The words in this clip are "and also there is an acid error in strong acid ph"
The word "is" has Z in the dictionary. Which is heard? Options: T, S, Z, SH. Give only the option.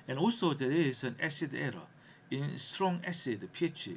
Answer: S